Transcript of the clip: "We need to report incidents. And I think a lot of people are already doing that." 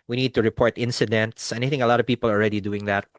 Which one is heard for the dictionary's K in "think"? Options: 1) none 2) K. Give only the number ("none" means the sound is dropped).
1